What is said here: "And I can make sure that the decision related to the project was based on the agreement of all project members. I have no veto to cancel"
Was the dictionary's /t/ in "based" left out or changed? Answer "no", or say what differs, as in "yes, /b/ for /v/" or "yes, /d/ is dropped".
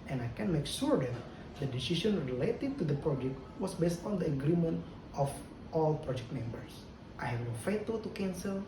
no